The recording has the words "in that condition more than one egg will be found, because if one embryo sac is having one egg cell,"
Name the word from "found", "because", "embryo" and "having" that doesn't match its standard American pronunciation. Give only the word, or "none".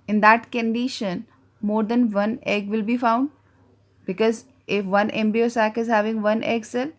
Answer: embryo